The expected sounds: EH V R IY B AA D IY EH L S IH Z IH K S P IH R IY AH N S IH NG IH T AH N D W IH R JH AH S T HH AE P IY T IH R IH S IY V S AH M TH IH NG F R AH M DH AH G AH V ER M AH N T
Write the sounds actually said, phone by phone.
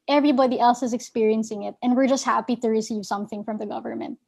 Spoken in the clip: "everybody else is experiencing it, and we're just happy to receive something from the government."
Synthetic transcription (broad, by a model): EH V R IY B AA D IY EH L S IH Z IH K S P IH R IY AH N S IH NG IH T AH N W IH R JH AH S T HH AE P IY T IH R IH S IY V S AH M TH IH NG F R AH M DH AH G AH V ER M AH N T